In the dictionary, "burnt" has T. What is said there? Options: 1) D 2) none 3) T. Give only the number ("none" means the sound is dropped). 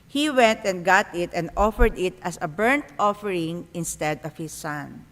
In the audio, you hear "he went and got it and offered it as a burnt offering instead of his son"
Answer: 3